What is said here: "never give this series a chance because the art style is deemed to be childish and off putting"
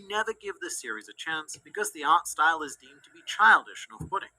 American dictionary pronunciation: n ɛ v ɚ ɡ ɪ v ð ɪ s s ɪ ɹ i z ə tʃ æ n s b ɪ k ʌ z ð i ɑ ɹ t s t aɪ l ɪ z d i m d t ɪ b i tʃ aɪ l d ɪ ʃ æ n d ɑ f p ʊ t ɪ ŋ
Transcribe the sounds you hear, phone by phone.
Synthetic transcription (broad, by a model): n ɛ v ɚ ɡ ɪ v ð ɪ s s ɪ ɹ i z ə tʃ æ n s b ɪ k ʌ z ð i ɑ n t s t aɪ l ɪ z d i m t ɪ b i tʃ aɪ l d ɪ ʃ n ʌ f ʊ t ɪ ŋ